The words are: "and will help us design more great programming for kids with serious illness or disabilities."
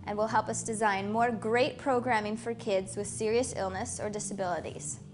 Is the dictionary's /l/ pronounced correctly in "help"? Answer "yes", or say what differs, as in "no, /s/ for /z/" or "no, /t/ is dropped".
yes